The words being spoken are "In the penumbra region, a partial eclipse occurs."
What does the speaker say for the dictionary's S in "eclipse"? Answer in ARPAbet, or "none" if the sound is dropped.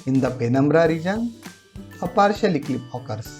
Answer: none